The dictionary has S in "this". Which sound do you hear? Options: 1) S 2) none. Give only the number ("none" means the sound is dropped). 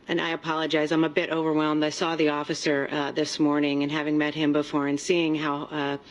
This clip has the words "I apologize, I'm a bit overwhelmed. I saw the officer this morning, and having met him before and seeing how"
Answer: 1